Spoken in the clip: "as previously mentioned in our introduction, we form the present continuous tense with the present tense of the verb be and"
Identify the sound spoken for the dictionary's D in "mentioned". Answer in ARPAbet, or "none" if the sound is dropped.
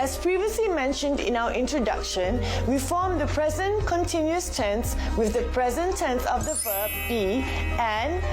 D